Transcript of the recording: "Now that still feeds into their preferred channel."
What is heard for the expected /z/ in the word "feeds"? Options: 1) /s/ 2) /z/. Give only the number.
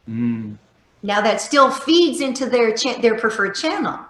2